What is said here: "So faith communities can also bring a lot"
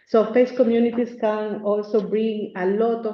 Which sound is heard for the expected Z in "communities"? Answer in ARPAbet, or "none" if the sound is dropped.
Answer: S